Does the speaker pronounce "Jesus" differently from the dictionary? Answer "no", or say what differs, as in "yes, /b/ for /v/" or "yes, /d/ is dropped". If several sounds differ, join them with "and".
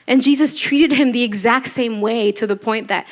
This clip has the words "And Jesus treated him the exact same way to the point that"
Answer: no